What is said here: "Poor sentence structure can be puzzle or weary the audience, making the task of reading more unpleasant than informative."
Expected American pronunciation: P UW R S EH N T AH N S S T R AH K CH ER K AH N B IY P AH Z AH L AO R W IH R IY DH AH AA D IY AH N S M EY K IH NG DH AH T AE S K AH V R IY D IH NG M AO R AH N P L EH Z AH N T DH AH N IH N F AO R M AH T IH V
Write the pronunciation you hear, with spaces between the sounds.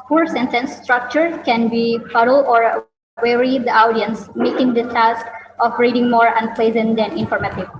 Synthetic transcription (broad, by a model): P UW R S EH N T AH N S S T R AH K CH ER K AH N B IY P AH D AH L AO R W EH R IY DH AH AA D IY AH N S M EY K IH NG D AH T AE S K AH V R IY D IH NG M AO R AH N P L EH Z AH N T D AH N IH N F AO R M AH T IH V